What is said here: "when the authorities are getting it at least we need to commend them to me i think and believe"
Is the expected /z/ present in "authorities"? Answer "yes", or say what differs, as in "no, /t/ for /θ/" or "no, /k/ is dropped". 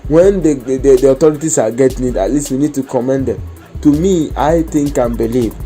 no, /s/ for /z/